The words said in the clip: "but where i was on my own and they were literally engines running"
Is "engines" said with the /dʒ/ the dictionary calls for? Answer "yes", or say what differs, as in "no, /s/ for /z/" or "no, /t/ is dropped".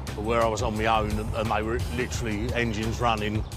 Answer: yes